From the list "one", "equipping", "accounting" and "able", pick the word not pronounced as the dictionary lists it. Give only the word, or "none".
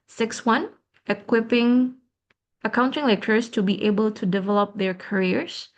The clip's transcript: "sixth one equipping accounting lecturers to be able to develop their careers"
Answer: none